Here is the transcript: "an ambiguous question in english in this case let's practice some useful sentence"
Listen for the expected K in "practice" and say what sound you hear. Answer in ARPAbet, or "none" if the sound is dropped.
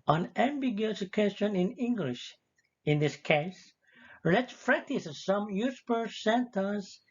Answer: none